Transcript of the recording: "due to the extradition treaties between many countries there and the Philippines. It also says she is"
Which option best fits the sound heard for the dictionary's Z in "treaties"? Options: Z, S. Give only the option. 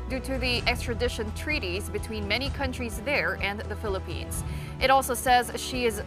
Z